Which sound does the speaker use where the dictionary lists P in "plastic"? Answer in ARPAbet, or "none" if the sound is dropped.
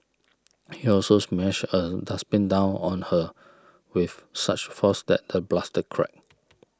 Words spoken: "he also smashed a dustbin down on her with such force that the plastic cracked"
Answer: B